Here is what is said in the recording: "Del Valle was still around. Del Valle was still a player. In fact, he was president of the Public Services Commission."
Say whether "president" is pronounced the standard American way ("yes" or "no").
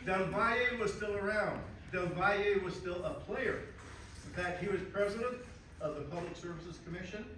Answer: yes